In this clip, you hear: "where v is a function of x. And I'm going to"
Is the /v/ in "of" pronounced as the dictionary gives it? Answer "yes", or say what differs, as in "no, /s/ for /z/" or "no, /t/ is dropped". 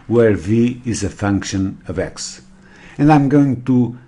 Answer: yes